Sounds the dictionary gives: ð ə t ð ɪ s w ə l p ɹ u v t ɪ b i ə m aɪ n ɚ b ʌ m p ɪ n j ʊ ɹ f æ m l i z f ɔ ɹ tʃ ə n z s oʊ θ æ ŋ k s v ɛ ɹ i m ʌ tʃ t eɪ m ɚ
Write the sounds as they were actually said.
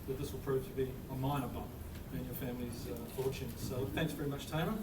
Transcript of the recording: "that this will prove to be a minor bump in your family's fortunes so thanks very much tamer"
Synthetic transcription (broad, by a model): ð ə t ð ɪ s w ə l p ɹ u v t ɪ b i ə m aɪ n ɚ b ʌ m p ɪ n j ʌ ɹ f æ m l i z f ɔ ɹ tʃ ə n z s oʊ θ æ ŋ k s v ɛ ɹ i m ʌ tʃ t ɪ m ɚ